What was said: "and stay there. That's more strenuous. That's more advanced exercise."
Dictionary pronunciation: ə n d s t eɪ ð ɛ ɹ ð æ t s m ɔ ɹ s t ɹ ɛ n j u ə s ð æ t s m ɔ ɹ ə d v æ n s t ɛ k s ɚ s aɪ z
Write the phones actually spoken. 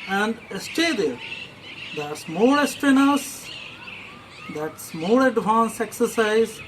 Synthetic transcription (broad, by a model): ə n d s t eɪ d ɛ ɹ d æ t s m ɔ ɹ s t ɪ n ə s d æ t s m ɔ ɹ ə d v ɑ n s ɛ k s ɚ s aɪ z